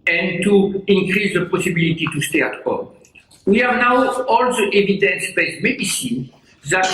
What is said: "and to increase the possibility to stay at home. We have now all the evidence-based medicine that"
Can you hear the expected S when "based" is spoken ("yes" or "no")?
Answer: no